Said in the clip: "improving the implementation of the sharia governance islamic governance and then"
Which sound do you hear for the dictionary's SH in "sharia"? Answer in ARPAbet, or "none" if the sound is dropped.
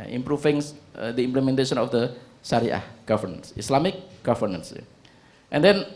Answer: S